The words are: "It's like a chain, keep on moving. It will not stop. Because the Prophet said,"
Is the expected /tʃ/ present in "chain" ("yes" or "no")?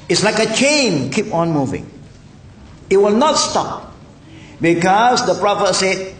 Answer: yes